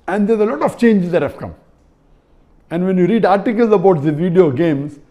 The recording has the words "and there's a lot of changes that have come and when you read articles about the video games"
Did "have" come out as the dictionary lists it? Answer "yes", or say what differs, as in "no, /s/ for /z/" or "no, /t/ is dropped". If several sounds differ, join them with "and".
no, /p/ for /v/